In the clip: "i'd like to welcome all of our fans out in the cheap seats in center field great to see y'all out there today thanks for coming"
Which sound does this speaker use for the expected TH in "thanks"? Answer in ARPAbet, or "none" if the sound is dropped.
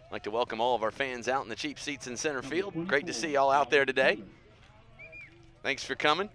TH